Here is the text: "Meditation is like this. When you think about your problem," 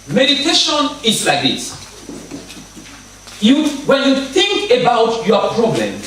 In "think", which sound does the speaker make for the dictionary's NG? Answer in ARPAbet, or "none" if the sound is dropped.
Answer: NG